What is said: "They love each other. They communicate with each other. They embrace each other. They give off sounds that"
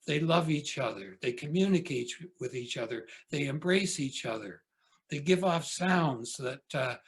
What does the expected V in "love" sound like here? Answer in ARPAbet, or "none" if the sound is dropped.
V